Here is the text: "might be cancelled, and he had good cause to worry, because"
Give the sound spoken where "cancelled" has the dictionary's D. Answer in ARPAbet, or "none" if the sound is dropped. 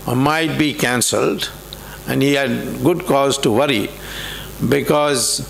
D